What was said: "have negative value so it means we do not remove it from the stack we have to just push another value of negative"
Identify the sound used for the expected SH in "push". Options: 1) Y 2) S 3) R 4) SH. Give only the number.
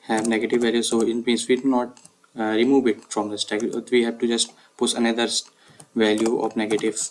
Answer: 2